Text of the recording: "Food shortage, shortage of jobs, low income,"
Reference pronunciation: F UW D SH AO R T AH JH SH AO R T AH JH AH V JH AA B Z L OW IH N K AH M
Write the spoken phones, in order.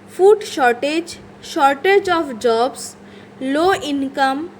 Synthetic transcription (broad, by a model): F UW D SH AO R T AH JH SH AO R T AH JH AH F JH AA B S L OW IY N K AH M